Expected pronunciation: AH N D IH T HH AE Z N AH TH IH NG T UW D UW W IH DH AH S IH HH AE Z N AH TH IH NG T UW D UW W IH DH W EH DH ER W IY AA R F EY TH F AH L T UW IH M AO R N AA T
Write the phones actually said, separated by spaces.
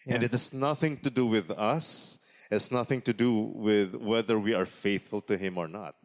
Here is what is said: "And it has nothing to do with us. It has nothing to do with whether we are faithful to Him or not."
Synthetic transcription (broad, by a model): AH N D IH T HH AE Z N AH TH IH NG T UW D UW W IH DH AH S IH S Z N AH TH IH NG T UW D UW W IH DH W EH DH ER W IY AA R F EY TH F AH L T UW IH M AO R N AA T